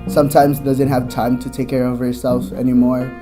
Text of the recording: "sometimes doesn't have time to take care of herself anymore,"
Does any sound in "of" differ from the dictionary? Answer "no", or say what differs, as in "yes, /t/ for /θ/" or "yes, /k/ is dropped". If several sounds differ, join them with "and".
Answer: no